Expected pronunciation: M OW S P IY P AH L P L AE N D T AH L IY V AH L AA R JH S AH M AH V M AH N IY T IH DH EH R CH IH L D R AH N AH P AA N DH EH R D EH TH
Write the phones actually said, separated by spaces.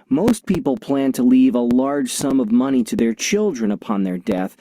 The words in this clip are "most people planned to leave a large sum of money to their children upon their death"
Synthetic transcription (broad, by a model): M OW S P IY P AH L P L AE N T AH L IY V AH L AA R JH S AH M AH V M AH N IY T IH DH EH R CH IH L D R AH N AH P AA N DH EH R D EH TH